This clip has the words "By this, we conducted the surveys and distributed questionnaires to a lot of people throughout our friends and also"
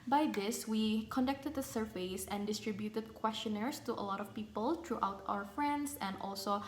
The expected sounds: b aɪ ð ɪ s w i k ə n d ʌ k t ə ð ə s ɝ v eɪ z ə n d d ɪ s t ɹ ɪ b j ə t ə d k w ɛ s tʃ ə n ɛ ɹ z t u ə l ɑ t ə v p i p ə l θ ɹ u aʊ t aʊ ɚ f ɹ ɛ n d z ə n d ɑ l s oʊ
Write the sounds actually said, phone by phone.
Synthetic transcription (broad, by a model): b aɪ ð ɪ s w i k ə n d ʌ k t ə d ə s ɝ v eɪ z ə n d d ɪ s t ɹ ɪ b j ə t ə d k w ɛ s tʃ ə n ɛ ɹ s t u ə l ɑ t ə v p i p ə l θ ɹ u aʊ t aʊ ɚ f ɹ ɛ n d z ə n d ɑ l s oʊ